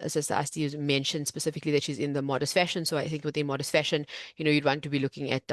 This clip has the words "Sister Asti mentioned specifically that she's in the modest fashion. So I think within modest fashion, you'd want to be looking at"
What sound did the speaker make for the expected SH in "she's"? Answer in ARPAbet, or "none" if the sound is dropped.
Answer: SH